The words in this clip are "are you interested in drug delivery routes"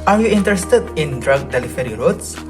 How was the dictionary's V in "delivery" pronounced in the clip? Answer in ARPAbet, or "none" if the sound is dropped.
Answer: F